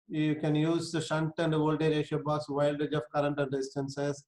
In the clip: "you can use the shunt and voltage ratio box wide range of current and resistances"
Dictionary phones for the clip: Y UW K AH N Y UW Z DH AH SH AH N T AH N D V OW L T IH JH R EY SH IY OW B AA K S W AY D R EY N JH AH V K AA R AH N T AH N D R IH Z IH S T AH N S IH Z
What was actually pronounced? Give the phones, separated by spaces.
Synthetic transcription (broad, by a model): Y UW K AH N Y UW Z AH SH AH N T AH N D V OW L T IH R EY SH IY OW B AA S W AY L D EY JH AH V K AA R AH N T AH N D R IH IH S T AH N S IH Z